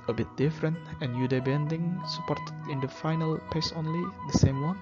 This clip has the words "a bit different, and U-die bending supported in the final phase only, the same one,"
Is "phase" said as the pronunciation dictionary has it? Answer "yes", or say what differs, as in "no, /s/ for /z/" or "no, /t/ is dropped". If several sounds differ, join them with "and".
no, /p/ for /f/ and /s/ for /z/